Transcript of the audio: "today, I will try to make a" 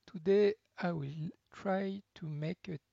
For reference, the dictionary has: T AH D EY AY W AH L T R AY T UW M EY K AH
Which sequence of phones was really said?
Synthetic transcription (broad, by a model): T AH D EY AY W AH L T R AY T UW M EY K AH